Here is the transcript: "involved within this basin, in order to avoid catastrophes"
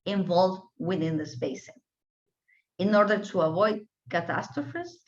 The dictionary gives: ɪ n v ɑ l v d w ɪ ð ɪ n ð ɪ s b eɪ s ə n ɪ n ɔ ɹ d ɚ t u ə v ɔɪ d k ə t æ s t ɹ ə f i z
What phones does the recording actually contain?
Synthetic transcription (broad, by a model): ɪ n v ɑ l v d w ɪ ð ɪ n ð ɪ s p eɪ ə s ɪ n ɔ ɹ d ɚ t u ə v ɔɪ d k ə t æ s t ɹ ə f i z